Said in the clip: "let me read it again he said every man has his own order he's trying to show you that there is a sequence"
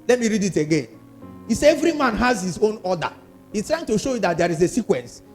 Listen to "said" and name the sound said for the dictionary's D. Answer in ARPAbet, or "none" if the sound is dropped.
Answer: none